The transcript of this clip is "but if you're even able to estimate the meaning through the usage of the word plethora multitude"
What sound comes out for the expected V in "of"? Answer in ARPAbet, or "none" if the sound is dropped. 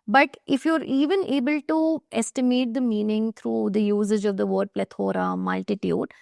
V